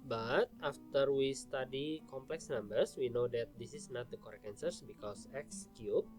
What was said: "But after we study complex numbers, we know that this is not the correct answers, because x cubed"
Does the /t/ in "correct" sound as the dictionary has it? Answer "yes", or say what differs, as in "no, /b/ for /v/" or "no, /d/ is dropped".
no, /t/ is dropped